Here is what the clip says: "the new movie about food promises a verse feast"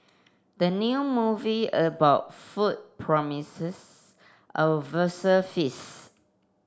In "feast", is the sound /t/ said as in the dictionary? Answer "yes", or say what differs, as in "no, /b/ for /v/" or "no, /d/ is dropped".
no, /t/ is dropped